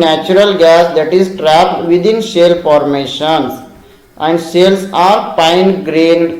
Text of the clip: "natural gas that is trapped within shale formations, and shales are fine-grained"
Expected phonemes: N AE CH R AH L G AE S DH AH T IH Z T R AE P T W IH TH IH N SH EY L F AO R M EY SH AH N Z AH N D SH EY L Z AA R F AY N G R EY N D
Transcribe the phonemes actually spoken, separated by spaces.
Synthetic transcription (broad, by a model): N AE CH R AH L G AE S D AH T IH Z T R AE P T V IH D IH N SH EY L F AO R M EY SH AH N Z AH N D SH EY L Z AA R P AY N G R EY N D